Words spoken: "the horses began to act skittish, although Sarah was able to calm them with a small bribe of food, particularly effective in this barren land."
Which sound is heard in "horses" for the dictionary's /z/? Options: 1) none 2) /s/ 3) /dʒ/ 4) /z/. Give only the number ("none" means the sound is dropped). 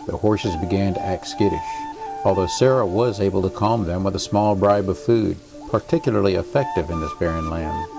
4